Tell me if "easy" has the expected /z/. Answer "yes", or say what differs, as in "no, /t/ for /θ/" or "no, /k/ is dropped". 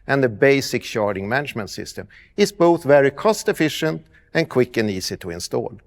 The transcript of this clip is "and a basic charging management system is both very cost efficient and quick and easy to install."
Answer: no, /s/ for /z/